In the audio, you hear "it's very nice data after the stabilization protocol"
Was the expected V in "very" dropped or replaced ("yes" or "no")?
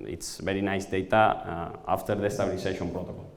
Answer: yes